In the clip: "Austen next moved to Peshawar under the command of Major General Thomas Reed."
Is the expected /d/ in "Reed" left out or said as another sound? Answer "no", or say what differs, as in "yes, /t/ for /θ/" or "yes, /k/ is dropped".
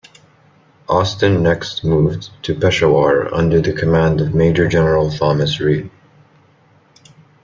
yes, /d/ is dropped